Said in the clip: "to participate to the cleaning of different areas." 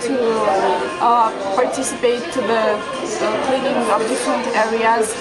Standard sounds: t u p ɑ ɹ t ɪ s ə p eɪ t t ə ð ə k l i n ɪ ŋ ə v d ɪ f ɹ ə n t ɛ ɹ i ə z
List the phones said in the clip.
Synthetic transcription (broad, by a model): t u p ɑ ɹ t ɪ s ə p eɪ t t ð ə k l i n ɪ ŋ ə b d ɪ f ɹ ə n t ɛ ɹ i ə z